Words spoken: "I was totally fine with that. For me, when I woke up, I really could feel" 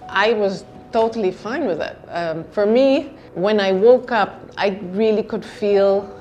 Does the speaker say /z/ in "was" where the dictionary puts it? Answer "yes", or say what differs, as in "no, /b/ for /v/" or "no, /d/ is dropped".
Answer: yes